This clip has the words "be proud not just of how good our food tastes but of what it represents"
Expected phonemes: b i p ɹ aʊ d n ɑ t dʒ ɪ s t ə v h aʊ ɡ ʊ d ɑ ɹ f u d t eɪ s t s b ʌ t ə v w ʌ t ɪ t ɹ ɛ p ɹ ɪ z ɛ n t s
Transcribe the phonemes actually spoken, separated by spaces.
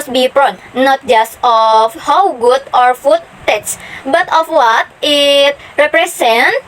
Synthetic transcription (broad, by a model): b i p ɹ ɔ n n ɑ t dʒ ɪ s t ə f h aʊ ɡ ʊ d ɑ ɹ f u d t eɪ t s b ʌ t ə f w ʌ t ɪ t ɹ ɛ p ɹ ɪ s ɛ n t